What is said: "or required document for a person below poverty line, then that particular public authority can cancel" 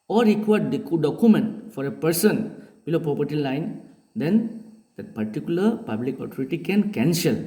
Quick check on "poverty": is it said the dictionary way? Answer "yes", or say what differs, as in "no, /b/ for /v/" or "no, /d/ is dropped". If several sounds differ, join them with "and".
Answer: no, /p/ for /v/